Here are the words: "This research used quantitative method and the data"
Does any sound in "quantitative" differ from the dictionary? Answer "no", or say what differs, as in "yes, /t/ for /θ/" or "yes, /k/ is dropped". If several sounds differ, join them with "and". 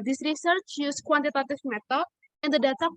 yes, /f/ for /v/